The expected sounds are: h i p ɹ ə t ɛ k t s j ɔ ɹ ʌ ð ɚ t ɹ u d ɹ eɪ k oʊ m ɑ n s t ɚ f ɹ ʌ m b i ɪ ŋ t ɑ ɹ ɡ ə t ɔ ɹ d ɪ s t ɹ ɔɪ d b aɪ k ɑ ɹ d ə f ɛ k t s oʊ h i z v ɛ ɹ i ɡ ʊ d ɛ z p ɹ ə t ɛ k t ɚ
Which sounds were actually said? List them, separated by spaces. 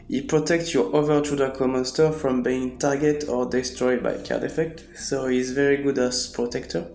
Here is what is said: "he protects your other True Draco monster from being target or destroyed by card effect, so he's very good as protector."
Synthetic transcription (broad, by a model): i p ɹ ə t ɛ k t s j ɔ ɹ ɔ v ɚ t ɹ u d eɪ k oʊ m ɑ n s t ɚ f ɹ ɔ m b i ɪ ŋ t ɑ ɹ ɡ ə t ɔ ɹ d ɪ s t ɹ ɔɪ d b aɪ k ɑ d ə f ɛ k t s oʊ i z v ɛ ɹ i ɡ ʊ d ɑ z p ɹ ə t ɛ k t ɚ